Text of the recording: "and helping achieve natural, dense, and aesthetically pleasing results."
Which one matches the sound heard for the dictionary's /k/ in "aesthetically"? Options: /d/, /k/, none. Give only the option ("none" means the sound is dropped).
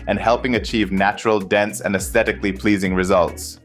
/k/